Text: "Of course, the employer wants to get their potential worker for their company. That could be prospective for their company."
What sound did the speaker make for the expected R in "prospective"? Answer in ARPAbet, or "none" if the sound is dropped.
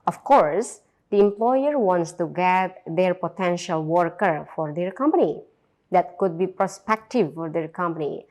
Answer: R